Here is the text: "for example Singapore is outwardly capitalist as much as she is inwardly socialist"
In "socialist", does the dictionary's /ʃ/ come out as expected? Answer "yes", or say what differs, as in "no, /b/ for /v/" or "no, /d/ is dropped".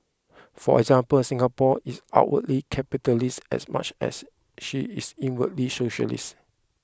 yes